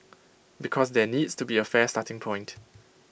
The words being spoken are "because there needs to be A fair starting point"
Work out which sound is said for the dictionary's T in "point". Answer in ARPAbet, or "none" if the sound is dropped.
T